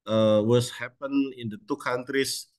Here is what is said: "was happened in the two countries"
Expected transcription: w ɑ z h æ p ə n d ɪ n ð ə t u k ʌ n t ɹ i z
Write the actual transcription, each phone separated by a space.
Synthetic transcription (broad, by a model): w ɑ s h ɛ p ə n ɪ n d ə t u k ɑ n t ɹ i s